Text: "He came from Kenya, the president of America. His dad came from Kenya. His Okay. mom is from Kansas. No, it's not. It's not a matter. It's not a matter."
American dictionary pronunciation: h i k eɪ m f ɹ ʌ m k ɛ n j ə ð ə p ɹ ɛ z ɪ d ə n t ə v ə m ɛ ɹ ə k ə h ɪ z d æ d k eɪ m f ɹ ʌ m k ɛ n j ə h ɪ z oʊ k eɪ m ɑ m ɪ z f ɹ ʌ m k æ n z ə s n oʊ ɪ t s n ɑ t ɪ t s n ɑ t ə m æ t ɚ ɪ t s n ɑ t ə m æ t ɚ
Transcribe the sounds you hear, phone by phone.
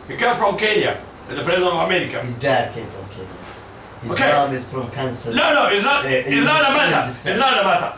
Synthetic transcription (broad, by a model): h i k eɪ m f ɹ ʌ m k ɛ n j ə ð ə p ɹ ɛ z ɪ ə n ə v ə m ɛ ɹ ə k ə h ɪ z d æ d k eɪ m f ɹ ʌ m k ɛ n j ə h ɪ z oʊ k eɪ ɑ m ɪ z f ɹ ʌ m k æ n s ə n n oʊ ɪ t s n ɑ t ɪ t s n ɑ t ə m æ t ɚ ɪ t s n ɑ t ə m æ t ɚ